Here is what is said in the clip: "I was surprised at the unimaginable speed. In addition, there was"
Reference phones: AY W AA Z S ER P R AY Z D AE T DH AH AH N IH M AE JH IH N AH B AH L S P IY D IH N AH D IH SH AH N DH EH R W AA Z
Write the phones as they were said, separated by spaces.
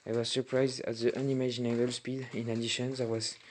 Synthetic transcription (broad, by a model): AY W AA Z S ER P R AY Z D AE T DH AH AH N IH M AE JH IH N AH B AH L S P IY D IH N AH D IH SH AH N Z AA W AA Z